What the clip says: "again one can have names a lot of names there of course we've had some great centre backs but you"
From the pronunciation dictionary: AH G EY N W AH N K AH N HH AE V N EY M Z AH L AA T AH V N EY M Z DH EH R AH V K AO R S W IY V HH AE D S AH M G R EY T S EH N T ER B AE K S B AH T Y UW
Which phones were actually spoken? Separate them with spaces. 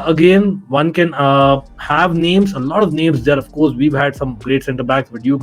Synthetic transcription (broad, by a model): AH G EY N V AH N K AH N HH AE V N EY M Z AH L AA T AH V N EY M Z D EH R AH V K AO R S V IY V HH AE D S AH M G R EY T S EH N T ER B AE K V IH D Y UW